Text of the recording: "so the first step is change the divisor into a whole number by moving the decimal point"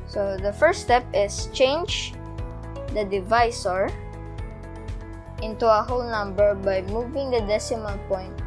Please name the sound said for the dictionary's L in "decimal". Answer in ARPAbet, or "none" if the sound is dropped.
N